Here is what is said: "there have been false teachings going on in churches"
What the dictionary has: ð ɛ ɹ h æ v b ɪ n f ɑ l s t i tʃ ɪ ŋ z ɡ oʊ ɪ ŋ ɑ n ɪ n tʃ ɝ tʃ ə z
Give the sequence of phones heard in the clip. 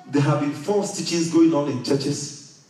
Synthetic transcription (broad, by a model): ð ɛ h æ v b ɪ n f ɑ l s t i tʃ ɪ z ɡ oʊ ɪ ŋ ɑ n ɪ n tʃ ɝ tʃ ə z